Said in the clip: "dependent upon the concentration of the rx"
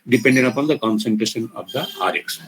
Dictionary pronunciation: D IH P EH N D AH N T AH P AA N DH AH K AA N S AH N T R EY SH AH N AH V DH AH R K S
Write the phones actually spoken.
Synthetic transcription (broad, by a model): D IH P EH N D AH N AH P AA N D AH K AA N S AH N T R EY SH AH N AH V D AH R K S